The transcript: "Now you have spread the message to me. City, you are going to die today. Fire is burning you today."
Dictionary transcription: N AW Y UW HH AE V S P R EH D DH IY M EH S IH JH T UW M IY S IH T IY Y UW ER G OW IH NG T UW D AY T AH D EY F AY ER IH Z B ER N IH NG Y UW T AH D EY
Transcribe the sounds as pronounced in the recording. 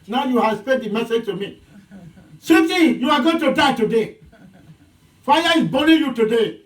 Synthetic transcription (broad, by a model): N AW Y UW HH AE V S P EH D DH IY M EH S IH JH T UW M IY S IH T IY Y UW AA G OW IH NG T UW D AY T AH D EY F AY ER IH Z B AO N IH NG Y UW T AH D EY